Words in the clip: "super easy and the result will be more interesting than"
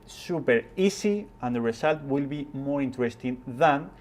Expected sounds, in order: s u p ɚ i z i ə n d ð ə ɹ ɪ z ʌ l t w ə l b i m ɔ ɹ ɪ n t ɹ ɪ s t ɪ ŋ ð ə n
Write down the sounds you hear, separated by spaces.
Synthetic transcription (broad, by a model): s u p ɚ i s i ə n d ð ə ɹ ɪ s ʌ l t w ə l b i m ɔ ɹ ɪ n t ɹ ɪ s t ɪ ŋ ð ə n